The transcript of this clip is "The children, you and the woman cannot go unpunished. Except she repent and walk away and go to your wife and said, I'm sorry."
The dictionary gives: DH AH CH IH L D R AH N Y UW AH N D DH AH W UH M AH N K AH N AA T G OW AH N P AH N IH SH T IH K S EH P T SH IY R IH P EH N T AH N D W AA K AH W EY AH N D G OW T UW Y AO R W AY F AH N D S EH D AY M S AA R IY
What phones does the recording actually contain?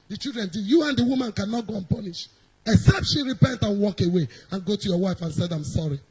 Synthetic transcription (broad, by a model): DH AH CH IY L D R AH N Y UW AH N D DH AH W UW M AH N K AH N AA T G OW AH N P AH N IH SH IH K S EH P T SH IY R IH P EH N T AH N W AA K AH W EY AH N G OW T UW Y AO W AY F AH N S EH D AY M S AA R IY